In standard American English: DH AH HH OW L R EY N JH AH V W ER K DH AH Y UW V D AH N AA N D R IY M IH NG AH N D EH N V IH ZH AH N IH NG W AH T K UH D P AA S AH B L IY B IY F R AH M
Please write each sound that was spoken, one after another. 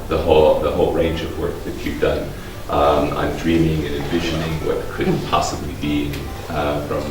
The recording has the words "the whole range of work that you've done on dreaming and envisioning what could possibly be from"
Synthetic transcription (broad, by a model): DH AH HH OW L R EY N JH AH V W ER K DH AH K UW P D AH N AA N D R IY M IH NG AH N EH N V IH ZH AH N IH NG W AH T K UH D P AA S AH B L IY B IY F R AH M